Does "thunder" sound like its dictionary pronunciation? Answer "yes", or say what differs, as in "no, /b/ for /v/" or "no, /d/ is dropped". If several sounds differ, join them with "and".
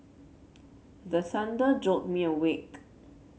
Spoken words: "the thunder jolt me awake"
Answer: no, /s/ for /θ/